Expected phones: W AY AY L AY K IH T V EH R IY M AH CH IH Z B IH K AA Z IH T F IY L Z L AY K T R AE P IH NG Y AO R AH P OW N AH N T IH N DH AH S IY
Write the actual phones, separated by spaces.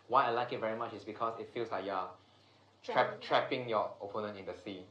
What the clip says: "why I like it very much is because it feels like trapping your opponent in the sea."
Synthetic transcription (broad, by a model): W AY AY L AY K IH T V EH R IY M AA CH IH S B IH K AA S IH T F IY L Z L AY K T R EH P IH NG Y AO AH P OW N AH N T IH N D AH S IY